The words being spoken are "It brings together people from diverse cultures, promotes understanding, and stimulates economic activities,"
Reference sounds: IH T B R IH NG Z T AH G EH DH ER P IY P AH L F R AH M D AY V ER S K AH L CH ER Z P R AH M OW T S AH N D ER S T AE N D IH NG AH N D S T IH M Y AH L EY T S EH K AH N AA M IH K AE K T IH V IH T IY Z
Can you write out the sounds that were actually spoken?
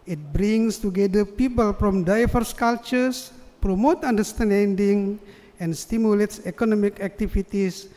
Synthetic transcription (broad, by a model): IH T B R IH NG S T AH G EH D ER P IY P AH L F R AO M D AY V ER S K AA L CH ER S P R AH M OW T AA N D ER S T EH N D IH NG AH N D S T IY M Y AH L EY T S EH K AH N AA M IH K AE K T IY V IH T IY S